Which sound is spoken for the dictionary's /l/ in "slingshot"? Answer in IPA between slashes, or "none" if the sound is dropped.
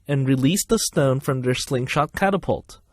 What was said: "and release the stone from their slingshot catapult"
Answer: /l/